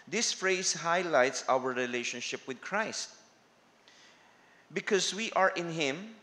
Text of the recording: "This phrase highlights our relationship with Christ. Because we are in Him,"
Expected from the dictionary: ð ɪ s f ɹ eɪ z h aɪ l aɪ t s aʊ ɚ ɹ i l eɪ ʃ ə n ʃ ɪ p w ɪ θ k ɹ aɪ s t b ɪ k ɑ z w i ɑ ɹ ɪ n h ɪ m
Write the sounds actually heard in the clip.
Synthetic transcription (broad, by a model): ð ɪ s f ɹ eɪ s h aɪ l aɪ t s aʊ ɚ ɹ i l eɪ ʃ ə n ʃ ɪ p w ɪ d k ɹ aɪ s t b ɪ k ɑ s w i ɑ ɹ ɪ n h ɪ m